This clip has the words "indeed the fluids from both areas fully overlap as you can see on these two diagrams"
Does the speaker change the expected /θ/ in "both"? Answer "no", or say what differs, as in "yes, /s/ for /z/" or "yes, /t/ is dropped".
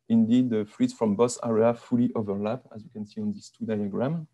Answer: yes, /s/ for /θ/